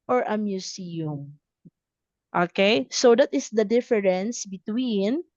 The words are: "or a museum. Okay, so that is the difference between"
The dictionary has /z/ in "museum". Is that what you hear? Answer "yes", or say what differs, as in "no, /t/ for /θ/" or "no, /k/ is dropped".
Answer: no, /s/ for /z/